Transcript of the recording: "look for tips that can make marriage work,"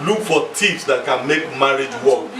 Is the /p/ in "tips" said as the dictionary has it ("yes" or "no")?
no